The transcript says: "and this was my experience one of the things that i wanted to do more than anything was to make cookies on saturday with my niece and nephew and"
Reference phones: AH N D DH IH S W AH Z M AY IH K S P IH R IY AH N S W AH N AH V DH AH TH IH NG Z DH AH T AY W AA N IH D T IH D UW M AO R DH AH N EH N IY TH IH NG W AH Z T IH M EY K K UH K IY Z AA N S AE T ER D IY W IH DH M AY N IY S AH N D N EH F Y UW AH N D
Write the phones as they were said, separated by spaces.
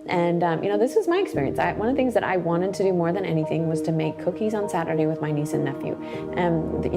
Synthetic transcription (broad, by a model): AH N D DH IH S W AH Z M AY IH K S P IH R IY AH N S W AH N AH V DH AH TH IH NG Z DH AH T AY W AA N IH D T IH D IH M AO R DH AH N EH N IY TH IH NG W AH Z T IH M EY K K UH K IY Z N S AE T ER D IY W IH DH M AY N IY S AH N N EH F Y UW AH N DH